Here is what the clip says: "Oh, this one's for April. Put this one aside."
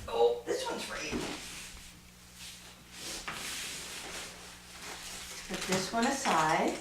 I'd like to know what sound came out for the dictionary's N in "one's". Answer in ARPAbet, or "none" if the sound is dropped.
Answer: N